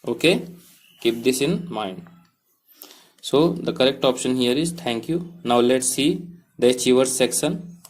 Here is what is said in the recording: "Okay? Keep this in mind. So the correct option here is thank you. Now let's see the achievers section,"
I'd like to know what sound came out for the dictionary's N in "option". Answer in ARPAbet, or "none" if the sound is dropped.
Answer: N